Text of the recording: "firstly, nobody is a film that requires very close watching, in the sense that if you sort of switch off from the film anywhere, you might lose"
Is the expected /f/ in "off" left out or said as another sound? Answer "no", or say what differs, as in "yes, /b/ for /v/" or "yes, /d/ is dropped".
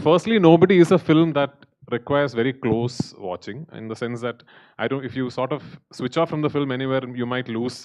no